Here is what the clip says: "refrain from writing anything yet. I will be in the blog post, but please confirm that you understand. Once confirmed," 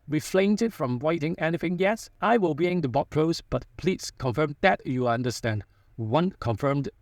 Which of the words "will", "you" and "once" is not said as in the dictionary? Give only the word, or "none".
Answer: once